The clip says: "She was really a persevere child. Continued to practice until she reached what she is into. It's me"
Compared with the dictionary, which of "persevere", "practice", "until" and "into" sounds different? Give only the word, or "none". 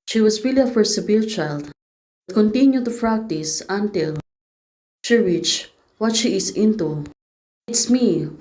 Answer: persevere